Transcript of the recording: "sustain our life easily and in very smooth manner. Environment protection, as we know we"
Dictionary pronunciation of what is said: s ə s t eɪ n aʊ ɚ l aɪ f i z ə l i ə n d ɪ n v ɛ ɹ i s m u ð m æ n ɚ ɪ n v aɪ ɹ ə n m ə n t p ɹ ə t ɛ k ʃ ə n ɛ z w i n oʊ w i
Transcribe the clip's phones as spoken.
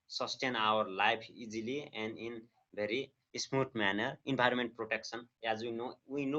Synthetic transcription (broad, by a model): s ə s t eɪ n aʊ ɚ l aɪ p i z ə l i ə n d ɪ n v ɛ ɹ i s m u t m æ n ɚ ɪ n b aɪ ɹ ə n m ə n t p ɹ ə t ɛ k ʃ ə n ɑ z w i n oʊ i